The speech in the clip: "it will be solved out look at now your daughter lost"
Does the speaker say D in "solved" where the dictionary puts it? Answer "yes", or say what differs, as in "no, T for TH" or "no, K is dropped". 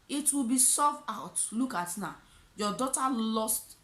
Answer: no, D is dropped